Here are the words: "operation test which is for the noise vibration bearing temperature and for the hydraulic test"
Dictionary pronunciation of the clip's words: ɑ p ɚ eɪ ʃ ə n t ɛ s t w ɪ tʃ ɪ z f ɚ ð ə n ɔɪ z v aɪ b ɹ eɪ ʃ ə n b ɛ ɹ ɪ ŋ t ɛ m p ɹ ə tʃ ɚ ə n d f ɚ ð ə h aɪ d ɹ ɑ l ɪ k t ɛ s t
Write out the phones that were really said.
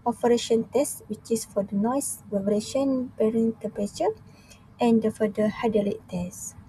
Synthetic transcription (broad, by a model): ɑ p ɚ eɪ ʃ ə n t ɛ s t w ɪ tʃ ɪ s f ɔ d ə n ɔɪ s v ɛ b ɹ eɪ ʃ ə n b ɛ ɹ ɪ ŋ t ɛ m p ə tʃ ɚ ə n d f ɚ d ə h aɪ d ɑ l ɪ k t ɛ s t